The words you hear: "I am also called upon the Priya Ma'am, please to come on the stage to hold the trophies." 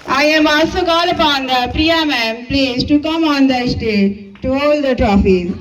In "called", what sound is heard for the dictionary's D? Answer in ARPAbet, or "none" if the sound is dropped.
none